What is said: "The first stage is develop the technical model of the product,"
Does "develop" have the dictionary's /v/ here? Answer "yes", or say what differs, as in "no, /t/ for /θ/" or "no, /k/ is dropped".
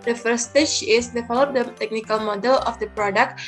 no, /f/ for /v/